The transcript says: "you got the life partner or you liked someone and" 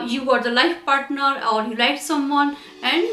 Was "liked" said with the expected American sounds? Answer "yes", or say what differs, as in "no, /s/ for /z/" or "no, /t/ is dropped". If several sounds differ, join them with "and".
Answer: no, /k/ is dropped